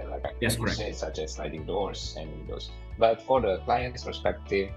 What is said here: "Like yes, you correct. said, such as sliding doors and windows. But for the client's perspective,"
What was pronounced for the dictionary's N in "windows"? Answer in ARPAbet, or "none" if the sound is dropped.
none